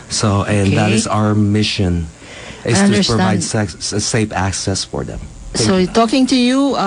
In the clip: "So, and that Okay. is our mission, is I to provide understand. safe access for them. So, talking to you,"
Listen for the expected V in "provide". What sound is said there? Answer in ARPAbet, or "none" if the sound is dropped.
none